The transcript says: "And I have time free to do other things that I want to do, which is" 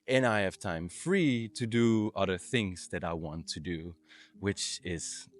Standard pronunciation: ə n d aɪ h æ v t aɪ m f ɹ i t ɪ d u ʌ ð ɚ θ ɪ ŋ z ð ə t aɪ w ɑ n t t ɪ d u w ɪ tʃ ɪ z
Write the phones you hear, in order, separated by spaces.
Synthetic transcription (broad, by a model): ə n aɪ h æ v t aɪ m f ɹ i t ɪ d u ʌ ð ɚ θ ɪ ŋ z ð ə t aɪ w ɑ n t t ɪ d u w ɪ tʃ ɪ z